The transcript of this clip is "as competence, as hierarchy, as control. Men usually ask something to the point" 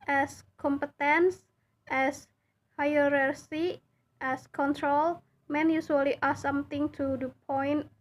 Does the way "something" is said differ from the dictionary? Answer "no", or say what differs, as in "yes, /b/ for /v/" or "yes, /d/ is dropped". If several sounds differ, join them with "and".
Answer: yes, /t/ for /θ/